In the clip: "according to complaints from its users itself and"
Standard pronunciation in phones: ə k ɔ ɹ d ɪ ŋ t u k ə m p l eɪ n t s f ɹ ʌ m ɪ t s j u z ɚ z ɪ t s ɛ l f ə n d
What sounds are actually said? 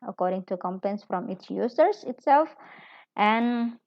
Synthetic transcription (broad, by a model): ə k ɔ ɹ d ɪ ŋ t u k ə m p eɪ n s f ɹ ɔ m ɪ t s j u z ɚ s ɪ t s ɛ l f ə n